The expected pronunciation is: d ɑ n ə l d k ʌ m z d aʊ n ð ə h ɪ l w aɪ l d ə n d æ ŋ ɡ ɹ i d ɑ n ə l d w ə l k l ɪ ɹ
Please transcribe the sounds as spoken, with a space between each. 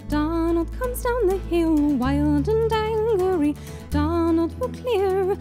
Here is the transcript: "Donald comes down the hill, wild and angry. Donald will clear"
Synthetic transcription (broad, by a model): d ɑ n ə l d k ʌ m z d aʊ n ð ə h ɪ l w aɪ l d ə n d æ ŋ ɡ ɹ i d ɑ n ə l d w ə k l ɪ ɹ